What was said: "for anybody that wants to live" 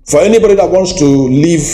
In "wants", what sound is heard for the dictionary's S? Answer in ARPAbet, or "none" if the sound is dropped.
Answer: S